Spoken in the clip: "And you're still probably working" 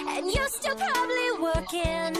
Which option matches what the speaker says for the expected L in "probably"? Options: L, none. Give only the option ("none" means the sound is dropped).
L